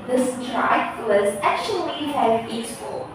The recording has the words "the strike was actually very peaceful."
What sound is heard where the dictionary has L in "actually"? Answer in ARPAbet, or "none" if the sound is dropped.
none